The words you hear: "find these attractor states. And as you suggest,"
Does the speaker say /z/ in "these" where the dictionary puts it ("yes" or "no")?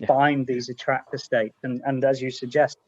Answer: yes